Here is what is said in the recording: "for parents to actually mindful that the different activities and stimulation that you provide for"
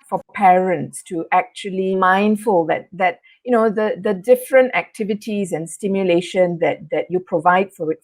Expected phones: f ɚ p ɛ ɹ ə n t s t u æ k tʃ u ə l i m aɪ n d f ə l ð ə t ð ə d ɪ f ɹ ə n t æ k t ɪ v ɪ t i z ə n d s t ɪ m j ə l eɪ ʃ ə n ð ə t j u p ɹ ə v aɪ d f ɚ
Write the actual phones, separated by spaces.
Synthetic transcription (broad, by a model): f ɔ p ɛ ɹ ə n t s t u æ k tʃ u ə l i m aɪ n d f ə l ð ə t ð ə d ɪ f ɹ ə n t æ k t ɪ v ɪ t i z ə n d s t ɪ m j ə l eɪ ʃ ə n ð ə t j u p ɹ ə v aɪ d f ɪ